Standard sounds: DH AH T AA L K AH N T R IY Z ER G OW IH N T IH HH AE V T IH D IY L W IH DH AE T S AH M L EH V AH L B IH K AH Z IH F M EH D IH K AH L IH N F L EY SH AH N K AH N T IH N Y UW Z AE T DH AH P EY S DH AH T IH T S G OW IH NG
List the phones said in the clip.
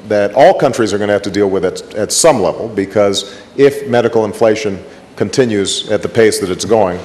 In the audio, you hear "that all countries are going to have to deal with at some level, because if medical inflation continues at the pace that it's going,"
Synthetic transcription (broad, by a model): DH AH T AA L K AH N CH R IY Z ER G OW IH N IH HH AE F T IH D IY L W IH DH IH T S AH M L EH V L B IH K AH Z IH F M EH D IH K L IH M F L EY SH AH N K AH N T IH N Y UW Z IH T DH AH P EY S DH AH T IH T S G OW IH NG